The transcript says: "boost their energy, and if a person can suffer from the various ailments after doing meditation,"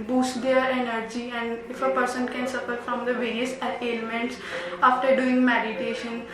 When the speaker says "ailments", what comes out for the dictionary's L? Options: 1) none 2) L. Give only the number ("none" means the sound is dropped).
1